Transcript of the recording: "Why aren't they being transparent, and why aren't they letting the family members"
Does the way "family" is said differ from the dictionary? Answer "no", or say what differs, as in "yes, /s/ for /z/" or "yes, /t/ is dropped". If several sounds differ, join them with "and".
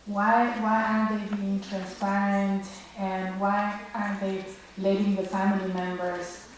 no